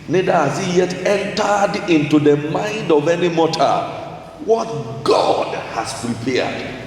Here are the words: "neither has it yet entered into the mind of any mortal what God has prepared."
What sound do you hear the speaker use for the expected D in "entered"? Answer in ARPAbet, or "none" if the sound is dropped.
D